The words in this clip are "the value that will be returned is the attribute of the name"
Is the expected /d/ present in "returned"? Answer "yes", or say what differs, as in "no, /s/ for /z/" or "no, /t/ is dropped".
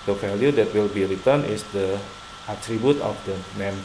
no, /d/ is dropped